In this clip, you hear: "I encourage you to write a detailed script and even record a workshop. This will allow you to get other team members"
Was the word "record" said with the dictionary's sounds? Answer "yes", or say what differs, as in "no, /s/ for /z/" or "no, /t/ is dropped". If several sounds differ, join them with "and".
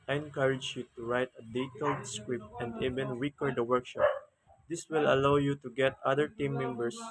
no, /w/ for /ɹ/